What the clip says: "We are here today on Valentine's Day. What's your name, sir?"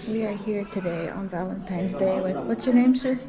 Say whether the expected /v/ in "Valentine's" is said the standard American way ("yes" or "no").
yes